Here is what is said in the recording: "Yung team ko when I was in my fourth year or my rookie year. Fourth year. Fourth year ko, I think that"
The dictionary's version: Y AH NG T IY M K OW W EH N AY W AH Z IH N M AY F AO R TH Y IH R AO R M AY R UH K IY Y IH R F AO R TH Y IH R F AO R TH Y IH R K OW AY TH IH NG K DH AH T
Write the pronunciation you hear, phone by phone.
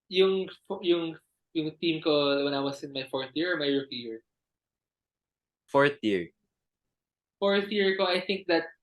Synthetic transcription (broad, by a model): Y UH NG T IY M K OW W EH N AY W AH S IH N M AY F AO R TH Y IH R AO R M AY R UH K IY Y IH R F AO R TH Y IH R F AO R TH Y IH R K OW AY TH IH NG K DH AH T